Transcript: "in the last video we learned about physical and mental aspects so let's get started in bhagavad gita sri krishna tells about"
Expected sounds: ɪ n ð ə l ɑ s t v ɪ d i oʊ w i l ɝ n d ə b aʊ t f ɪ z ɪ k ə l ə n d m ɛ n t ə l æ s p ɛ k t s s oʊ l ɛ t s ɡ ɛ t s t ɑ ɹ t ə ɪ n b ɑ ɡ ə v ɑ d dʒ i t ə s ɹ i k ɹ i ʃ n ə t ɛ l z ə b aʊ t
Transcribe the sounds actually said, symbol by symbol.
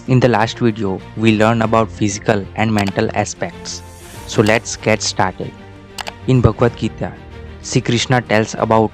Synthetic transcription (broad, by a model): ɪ n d ə l ɑ s t v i d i oʊ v i l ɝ n ə b aʊ t f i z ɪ k ə l ə n d m ɛ n t ə l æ s p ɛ k t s s oʊ l ɛ t s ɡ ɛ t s t ɑ ɹ t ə ɪ n b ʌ ɡ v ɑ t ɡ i t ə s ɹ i k ɹ i ʃ n ə t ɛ l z ə b aʊ t